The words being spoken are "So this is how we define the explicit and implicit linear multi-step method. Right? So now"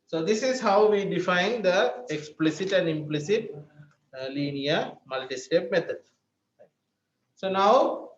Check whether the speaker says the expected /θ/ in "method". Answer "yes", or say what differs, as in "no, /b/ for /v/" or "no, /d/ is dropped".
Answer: no, /t/ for /θ/